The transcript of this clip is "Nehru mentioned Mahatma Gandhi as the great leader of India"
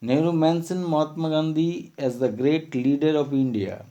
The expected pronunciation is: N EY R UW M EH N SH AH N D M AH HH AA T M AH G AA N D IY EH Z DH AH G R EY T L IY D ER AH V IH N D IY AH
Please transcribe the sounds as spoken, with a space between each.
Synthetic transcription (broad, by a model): N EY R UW M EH N S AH N M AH HH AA T M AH G AA N D IY EH Z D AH G R EY T L IY D ER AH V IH N D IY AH